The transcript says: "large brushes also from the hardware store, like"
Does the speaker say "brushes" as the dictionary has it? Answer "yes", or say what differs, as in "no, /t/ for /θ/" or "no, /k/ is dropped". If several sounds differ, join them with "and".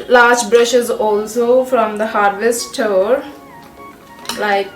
yes